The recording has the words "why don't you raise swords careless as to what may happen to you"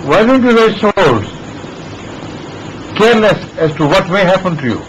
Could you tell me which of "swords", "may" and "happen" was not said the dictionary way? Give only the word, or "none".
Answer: swords